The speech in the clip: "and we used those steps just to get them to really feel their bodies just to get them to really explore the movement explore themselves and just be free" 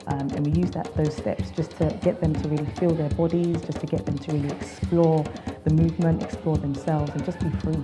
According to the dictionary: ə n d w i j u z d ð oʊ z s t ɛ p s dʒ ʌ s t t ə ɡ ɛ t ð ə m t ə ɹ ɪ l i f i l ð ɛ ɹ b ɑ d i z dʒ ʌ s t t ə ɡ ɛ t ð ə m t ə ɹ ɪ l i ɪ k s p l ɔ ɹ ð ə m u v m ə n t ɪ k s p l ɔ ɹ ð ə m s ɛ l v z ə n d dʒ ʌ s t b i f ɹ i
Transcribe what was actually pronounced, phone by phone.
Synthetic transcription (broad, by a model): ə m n w i j u z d ð oʊ z s t ɛ p s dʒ ʌ s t t ə ɡ ɛ t ð ə m t ə ɹ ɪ l i f i l ð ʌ ɹ b ɑ d i z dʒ ʌ s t t ə ɡ ɛ t ð ə m t ə ɹ ɪ l i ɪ k s p l ɔ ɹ ð ə m u v m ə n t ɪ k s p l ɔ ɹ ð ə m s ɛ l v z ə n dʒ ʌ s b i f ɹ i